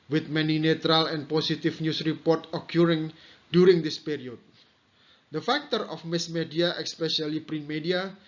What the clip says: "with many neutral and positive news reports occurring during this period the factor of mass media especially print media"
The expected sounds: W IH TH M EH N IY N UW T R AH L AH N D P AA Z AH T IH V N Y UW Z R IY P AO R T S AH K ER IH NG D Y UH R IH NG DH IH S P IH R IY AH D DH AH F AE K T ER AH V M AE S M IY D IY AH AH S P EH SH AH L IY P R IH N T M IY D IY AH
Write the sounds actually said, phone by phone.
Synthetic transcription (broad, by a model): W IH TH M EH N IY N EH T R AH L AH N P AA S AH T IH F N Y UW S R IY P AO R T AH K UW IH NG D Y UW R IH NG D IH S P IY R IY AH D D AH F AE K T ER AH F M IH S M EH D IY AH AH S P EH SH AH L IY P R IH N M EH D IY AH